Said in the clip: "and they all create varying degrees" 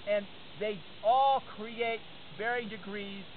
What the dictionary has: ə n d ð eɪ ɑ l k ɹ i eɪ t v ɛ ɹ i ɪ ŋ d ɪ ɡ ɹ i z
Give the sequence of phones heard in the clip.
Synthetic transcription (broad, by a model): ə n ð eɪ ɑ l k ɹ i eɪ t b ɛ ɹ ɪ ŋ d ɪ ɡ ɹ i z